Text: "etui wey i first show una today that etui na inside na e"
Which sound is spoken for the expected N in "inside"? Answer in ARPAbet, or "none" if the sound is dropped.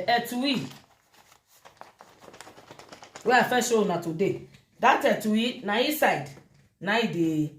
none